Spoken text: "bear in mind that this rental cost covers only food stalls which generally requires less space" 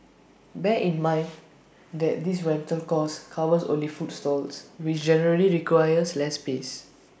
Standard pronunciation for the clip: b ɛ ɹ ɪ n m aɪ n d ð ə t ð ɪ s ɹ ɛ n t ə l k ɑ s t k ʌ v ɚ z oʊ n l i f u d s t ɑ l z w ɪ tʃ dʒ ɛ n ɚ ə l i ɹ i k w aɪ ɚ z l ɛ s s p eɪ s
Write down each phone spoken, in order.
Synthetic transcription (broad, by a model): b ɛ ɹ ɪ n m aɪ n d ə t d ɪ s ɹ ɛ n t ə l k ɑ s k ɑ w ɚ s oʊ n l i f u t s t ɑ l s w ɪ tʃ dʒ ɛ n ɚ ə l i ɹ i k w aɪ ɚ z l ɛ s s p eɪ s